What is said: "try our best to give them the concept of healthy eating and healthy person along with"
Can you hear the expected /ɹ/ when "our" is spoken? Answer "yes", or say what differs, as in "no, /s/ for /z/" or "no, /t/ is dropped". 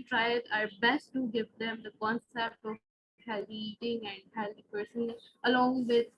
yes